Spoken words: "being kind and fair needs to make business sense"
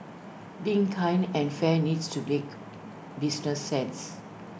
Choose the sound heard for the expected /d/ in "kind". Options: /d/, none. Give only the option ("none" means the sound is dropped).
none